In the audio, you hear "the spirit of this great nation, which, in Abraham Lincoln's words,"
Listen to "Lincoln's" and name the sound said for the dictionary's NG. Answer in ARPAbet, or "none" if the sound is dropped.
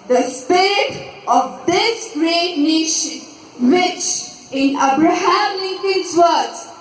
none